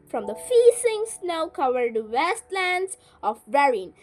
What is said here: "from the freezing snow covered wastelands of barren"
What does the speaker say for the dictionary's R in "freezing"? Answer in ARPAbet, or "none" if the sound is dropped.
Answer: none